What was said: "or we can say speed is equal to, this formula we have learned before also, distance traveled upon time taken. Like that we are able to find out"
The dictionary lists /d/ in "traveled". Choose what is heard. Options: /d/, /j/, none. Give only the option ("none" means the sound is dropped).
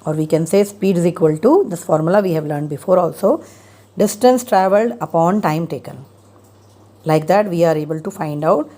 /d/